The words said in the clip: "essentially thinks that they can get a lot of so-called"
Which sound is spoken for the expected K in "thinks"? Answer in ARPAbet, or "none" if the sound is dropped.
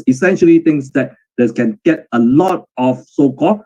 none